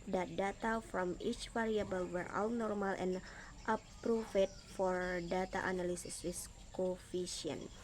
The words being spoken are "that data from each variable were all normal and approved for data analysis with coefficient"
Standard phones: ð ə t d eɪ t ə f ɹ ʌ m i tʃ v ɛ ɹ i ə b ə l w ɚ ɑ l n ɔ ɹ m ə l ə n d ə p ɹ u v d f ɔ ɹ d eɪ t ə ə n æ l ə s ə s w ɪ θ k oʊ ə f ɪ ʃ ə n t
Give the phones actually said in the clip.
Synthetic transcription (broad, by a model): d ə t d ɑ t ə f ɹ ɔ m i tʃ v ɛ ɹ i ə b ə l w ɚ ɑ l n ɔ ɹ m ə l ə n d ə p ɹ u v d f ɔ ɹ d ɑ t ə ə n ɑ l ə s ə s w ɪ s k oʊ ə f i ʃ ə n